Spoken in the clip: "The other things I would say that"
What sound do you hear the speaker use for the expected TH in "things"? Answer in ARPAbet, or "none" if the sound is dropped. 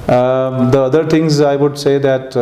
T